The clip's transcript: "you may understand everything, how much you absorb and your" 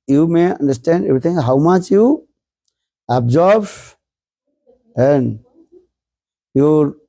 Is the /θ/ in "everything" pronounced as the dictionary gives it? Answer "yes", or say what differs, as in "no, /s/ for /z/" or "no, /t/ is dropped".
no, /t/ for /θ/